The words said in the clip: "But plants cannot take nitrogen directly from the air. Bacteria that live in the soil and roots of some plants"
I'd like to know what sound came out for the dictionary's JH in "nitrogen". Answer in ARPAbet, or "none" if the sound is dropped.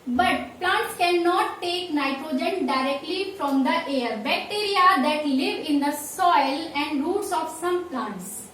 JH